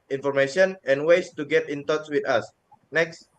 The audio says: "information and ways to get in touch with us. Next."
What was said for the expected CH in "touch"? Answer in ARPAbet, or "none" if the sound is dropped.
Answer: S